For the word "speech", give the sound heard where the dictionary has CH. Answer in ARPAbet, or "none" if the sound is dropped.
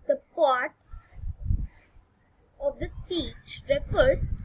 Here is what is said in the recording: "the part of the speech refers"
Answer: CH